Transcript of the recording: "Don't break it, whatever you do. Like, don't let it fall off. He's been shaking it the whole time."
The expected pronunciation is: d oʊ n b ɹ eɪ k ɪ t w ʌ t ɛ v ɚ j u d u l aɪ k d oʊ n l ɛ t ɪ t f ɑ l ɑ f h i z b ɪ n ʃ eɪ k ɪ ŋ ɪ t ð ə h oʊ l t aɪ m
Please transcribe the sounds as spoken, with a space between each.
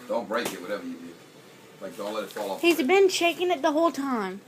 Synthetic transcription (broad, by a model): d oʊ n b ɹ eɪ k ɪ t w ʌ t ɛ v ɚ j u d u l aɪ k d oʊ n l ɛ t ɪ t f ɑ l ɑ h i z b ɪ n ʃ eɪ k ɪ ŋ ɪ t ð ə h oʊ l t aɪ m